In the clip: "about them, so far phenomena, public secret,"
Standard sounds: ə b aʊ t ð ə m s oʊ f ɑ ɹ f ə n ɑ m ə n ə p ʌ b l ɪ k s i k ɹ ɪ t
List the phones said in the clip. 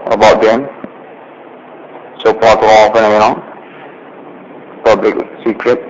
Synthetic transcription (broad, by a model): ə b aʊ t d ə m s oʊ p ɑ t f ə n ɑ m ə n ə p ʌ b l ɪ k s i k ɹ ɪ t